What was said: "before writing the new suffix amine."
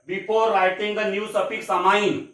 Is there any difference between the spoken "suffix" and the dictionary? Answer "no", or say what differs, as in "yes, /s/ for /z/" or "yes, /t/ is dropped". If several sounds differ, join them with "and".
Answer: yes, /p/ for /f/